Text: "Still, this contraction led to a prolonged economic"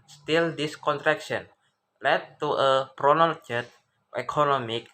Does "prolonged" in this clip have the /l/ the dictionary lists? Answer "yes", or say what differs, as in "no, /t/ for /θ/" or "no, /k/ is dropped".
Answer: no, /n/ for /l/